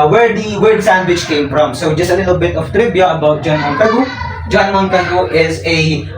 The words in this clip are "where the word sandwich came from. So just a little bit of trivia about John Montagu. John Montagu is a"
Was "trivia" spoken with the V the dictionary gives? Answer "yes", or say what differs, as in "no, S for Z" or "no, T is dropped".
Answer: no, B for V